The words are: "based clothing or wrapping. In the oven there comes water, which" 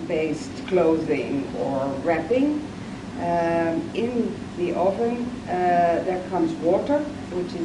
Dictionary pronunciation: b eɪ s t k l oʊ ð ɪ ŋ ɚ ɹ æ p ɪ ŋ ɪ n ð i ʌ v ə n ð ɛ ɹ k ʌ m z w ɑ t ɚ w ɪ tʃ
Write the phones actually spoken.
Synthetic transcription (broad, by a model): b eɪ s t k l oʊ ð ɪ ŋ ɚ ɹ æ p ɪ ŋ ɪ n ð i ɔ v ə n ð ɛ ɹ k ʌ m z w ɑ t ɚ w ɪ tʃ